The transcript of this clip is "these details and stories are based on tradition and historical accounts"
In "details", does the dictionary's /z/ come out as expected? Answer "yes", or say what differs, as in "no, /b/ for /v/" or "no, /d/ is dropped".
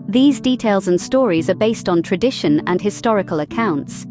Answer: yes